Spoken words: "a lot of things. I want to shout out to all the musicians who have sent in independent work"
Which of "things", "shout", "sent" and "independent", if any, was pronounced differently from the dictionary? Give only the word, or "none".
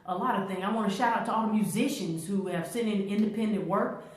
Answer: sent